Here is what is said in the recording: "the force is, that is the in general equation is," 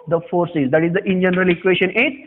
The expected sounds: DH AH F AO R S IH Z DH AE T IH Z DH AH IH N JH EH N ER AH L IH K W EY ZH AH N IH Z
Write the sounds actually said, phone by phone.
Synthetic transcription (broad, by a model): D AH F AO R S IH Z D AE T IH Z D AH IH N JH EH N ER AH L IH K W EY SH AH N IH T